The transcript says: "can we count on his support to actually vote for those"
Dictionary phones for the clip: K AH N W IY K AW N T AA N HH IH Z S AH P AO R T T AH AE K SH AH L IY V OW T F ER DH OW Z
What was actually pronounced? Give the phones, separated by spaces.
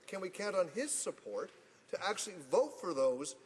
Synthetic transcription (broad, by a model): K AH N W IY K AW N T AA N IH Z S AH P AO R T T AE K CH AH L IY V OW T F ER DH OW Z